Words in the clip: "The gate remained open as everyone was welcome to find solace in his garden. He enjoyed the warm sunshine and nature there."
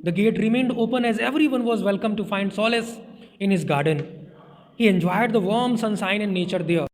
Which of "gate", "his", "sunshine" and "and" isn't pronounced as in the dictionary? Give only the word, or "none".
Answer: sunshine